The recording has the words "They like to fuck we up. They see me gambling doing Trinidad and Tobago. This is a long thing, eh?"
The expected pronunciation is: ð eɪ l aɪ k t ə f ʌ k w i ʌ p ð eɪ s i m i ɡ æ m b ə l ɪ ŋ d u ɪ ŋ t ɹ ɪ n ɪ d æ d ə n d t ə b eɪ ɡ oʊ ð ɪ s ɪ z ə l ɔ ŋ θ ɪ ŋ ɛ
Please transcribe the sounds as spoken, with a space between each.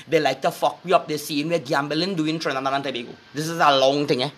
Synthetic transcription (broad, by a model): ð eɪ l aɪ k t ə f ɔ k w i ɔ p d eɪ s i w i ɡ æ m b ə l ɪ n d u ɪ ŋ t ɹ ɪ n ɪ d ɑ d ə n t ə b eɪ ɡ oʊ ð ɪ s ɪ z ə l ɔ ŋ t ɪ ŋ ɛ